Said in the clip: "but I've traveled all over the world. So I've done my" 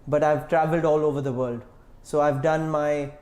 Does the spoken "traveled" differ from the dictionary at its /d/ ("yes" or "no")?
no